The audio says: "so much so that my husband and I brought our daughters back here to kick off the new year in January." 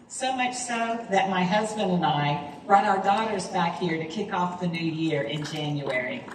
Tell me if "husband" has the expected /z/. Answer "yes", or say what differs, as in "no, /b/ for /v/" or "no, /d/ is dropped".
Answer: yes